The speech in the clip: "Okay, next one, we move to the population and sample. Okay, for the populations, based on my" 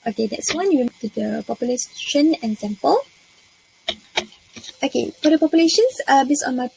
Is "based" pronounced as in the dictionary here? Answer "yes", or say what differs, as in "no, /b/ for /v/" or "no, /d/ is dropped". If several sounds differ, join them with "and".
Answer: no, /t/ is dropped